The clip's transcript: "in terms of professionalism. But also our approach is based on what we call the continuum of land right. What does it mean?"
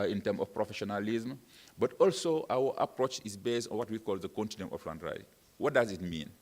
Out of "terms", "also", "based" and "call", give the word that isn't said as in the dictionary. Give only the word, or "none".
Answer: terms